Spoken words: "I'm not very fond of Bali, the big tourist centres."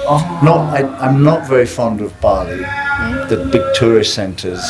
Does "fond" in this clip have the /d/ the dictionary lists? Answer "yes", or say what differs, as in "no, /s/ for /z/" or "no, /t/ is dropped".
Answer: yes